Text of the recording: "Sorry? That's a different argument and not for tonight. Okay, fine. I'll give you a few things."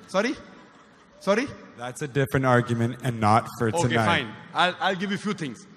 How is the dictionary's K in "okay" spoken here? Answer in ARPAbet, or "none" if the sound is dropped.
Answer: none